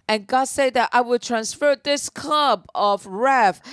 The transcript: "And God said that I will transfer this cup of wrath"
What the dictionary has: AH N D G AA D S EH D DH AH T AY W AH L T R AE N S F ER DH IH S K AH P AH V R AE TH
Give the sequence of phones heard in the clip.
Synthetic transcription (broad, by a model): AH N G AA D S EH D DH AH T AY W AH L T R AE N S F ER DH IH S K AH B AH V R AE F